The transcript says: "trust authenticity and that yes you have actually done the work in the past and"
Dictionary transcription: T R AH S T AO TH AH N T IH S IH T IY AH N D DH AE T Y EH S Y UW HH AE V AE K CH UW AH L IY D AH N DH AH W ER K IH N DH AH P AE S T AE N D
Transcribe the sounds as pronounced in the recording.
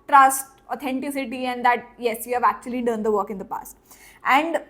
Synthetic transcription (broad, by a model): T R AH S T AO T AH N T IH S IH T IY AH N D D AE T Y EH S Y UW HH AE V AE K CH UW AH L IY D AH N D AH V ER K IH N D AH P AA S T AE N D